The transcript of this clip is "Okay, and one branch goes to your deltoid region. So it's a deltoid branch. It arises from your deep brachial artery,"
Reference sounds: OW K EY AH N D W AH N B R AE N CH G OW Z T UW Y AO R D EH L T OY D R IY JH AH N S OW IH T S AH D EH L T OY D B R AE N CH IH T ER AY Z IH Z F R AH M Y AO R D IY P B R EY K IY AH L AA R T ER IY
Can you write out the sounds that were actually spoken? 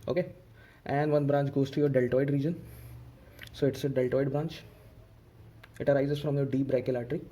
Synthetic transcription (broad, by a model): OW K EY AH N D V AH N B R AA N CH G OW Z T UW Y AO R D EH L T OY D R IY JH AH N S OW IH T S AH D EH L T OY D B R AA N CH IH T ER AY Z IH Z F R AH M Y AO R D IY P R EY IY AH L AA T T IY